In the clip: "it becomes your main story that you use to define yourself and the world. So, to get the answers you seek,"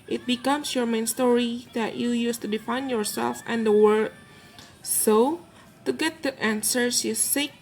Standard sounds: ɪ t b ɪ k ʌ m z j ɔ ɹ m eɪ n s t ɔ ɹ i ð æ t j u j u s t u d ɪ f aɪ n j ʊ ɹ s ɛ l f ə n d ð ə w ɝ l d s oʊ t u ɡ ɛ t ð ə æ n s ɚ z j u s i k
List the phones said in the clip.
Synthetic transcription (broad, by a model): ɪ t b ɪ k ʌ m s j ɔ ɹ m eɪ n s t ɔ ɹ i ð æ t j u j u s t u d ɪ f aɪ n j ʊ ɹ s ɛ l f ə n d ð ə w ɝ d s oʊ t u ɡ ɛ t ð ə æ n s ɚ s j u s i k